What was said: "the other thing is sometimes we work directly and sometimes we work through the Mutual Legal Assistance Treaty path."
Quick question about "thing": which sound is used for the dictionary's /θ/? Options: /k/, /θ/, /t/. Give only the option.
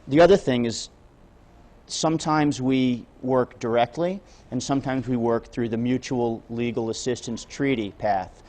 /θ/